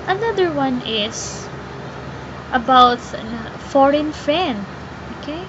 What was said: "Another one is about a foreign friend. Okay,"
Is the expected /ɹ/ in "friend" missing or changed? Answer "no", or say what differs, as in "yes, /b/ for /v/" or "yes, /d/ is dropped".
yes, /ɹ/ is dropped